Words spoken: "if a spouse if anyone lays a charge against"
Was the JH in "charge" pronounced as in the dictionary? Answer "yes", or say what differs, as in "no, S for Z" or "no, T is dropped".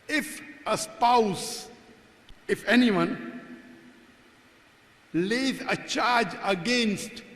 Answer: yes